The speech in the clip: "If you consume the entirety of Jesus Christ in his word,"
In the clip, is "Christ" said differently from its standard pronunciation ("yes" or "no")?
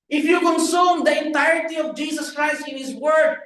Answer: no